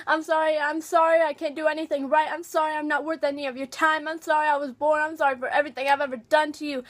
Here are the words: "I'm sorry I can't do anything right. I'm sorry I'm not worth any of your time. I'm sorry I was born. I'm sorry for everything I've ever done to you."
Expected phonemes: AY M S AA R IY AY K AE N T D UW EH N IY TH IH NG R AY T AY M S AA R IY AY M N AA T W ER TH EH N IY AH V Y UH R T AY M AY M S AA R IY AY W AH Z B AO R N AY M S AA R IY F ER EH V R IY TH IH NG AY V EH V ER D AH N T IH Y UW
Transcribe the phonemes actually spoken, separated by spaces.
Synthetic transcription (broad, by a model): AY M S AA R IY AY K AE N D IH EH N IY TH IH NG R AY T AY M S AA R IY AY M N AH T W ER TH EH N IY AH V Y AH R T AY M AY M S AA R IY AY W AH Z B AO R N AY M S AA R IY F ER EH V R IY TH IH NG AY V EH V ER D AH N T IH Y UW